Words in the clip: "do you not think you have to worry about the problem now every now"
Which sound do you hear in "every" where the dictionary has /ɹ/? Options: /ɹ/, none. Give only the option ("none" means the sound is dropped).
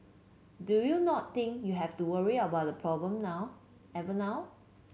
none